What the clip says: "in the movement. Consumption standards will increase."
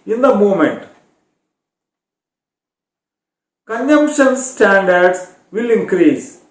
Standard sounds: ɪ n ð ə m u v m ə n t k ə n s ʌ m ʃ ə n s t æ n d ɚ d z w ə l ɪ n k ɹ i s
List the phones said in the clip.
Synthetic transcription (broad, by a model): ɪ n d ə m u m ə n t k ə n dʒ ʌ m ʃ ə n s t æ n d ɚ d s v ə l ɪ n k ɹ i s